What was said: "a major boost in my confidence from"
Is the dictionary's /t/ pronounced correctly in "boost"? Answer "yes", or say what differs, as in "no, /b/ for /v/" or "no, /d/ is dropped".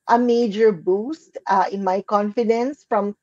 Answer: yes